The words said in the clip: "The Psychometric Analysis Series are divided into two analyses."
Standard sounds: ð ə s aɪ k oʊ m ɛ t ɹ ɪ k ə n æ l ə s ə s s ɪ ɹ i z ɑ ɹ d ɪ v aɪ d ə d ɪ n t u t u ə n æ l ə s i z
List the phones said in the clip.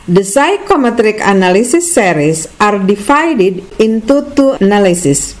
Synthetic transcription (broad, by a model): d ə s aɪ k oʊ m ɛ t ɹ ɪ k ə n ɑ l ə s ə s s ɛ ɹ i s ɑ ɹ d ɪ f aɪ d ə d ɪ n t u t u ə n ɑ l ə s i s